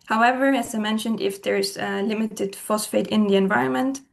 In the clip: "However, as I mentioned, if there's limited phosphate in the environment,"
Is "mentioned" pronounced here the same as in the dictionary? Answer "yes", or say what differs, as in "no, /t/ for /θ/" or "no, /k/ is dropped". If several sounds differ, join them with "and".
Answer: yes